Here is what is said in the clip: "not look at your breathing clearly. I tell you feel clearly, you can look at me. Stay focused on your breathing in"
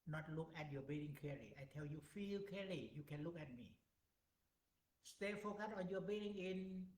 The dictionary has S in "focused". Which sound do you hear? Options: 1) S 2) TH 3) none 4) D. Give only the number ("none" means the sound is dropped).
3